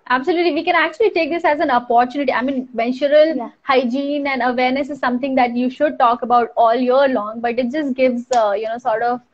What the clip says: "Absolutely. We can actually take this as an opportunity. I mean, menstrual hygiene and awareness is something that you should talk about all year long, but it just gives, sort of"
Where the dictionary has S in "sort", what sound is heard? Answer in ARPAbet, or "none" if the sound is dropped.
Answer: S